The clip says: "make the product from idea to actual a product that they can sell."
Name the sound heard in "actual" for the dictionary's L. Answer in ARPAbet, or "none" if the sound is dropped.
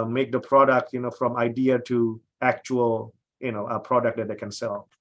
N